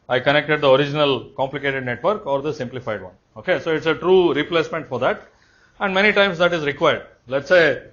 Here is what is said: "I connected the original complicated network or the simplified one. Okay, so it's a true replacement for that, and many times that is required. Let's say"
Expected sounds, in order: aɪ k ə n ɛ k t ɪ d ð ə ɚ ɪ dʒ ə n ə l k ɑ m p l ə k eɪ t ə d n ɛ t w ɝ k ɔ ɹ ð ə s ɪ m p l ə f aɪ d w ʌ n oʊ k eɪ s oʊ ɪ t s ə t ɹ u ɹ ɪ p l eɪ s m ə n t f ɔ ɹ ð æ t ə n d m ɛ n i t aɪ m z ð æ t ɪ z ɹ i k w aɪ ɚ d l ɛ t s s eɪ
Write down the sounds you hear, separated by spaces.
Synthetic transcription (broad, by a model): aɪ k ə n ɛ k t ɪ d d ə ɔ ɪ dʒ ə n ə l k ɑ m p l ə k eɪ t ə d n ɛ t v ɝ k ɔ ɹ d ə s ɪ m p l ə f aɪ d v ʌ n oʊ k eɪ s oʊ ɪ t s ə t ɹ u ɹ ɪ p l eɪ s m ə n t f ɔ ɹ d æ t ə n d m ɛ n i t aɪ m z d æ t ɪ z ɹ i k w aɪ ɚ d l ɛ t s s eɪ